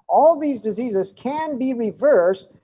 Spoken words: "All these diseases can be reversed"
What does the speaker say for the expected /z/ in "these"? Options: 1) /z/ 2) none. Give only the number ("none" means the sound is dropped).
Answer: 1